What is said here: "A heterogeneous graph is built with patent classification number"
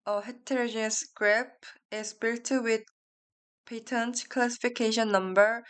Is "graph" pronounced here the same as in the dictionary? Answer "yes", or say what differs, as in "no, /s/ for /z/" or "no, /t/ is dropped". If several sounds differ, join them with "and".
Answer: no, /p/ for /f/